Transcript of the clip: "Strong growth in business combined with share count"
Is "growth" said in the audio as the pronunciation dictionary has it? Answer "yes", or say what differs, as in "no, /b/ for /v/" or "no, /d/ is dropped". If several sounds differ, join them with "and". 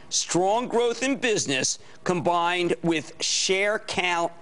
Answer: yes